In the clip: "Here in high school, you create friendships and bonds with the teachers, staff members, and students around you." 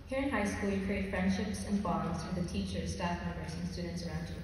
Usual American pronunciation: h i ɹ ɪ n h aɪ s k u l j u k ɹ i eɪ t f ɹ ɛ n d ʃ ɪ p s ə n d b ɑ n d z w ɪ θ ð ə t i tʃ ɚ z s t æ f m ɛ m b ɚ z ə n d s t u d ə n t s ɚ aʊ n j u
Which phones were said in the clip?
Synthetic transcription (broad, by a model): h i ɹ ɪ n h aɪ s k u l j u k ɹ i eɪ t f ɹ ɛ n d ʃ ɪ p s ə n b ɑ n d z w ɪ ð ə t i tʃ ɚ z s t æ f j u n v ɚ s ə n s t u d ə n t s ɚ aʊ n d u